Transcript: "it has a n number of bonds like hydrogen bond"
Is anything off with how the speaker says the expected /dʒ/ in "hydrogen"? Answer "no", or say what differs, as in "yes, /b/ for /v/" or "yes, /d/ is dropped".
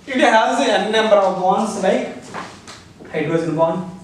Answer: yes, /dʒ/ is dropped